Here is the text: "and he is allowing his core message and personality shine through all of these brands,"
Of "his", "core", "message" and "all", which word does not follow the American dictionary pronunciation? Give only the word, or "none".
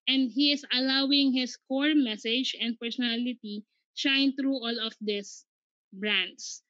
his